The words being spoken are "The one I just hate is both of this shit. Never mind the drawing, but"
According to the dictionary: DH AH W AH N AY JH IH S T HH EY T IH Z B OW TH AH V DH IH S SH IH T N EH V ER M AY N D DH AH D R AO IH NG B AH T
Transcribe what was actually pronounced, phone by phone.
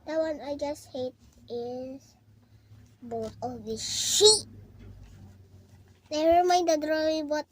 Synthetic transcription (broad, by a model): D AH W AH N AY JH IH S T HH EY T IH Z B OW T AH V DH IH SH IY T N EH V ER M AY N D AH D R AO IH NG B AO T